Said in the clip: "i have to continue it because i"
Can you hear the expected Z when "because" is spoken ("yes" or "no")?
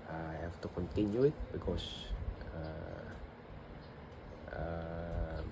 no